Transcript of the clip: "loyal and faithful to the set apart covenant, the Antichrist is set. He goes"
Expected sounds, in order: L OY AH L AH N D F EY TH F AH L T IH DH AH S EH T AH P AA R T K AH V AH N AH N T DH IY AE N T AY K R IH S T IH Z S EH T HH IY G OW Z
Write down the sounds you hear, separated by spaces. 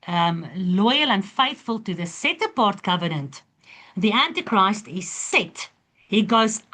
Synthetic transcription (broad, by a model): L OY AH L AH N D F EY TH F AH L T IH DH AH S EH T AH P AA R T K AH V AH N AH N T DH IY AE N T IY K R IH S T IH Z S EH T HH IY G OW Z